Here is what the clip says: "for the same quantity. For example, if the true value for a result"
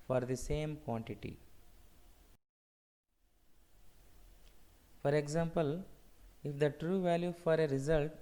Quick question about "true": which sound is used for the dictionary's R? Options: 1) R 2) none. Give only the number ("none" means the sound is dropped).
1